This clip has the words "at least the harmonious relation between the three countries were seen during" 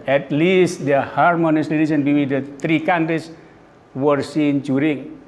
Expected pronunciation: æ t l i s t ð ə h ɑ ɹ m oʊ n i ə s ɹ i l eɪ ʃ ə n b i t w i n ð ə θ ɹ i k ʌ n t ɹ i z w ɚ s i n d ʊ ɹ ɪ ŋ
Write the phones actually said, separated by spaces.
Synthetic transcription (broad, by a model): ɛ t l i s t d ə h ɑ ɹ m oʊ n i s l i n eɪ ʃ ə n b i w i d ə t ɹ i k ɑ n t ɹ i s w ɚ s i n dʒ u ɹ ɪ ŋ